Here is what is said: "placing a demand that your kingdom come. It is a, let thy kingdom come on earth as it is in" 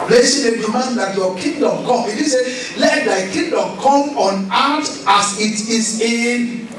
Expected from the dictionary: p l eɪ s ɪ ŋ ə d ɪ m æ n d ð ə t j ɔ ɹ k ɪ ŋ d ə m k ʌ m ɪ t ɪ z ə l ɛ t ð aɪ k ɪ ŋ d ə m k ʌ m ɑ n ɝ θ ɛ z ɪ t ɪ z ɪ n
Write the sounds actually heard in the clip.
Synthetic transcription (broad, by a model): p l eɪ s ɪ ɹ ə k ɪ m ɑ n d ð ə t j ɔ k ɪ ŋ d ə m k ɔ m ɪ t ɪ s ə l ɛ t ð aɪ k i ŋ d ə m k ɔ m ɑ n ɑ t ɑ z ɪ t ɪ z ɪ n